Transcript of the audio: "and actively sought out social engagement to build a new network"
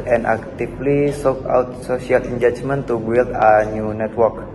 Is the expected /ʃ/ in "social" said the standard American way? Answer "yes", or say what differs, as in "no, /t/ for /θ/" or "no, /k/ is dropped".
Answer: no, /s/ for /ʃ/